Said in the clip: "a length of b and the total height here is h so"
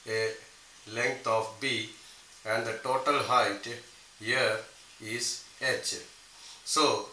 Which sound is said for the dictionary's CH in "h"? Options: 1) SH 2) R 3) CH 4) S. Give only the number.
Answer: 3